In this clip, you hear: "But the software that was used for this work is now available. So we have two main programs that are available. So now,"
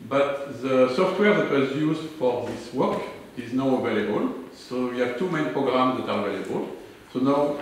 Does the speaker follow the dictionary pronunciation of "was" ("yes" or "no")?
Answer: yes